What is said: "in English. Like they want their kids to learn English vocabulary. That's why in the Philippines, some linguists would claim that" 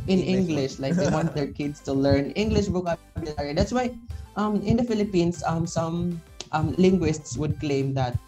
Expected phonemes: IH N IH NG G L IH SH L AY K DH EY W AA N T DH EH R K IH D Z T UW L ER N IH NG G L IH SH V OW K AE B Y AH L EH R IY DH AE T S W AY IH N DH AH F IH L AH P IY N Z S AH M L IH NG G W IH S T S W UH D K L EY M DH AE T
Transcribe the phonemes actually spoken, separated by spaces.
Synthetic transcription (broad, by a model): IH N IH NG G L IH SH L AY K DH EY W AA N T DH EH R K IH D S T UW L ER N IH NG G L IH SH B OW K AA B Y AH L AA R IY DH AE T S W AY IH N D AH F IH L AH P IY N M S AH M L IH NG G W IH S T S W UH D K L EY M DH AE T